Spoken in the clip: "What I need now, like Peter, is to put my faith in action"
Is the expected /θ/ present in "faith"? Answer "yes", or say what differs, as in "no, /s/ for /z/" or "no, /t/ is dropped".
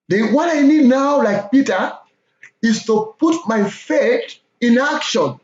no, /t/ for /θ/